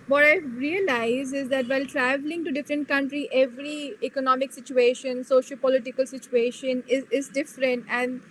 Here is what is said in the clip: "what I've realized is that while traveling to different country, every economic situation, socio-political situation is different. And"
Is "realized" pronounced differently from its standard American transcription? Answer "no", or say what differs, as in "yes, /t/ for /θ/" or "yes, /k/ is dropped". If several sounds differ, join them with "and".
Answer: yes, /d/ is dropped